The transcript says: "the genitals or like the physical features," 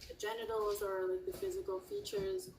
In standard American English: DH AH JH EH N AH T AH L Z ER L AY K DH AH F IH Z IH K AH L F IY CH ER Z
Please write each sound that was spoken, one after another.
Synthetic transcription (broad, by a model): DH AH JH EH N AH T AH L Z ER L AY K DH AH F IH Z IH K AH L F IY CH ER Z